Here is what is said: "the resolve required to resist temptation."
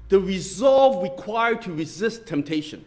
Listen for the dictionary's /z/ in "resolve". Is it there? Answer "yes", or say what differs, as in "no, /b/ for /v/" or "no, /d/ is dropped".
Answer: yes